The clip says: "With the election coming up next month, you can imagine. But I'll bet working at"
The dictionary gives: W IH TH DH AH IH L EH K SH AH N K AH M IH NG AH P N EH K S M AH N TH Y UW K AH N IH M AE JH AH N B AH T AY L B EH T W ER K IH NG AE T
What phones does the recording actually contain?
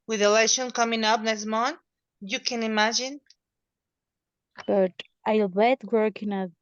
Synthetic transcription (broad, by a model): W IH DH AH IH L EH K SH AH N K AH M IH NG AH P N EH S M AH N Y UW K AH N IH M AE JH AH N B AH T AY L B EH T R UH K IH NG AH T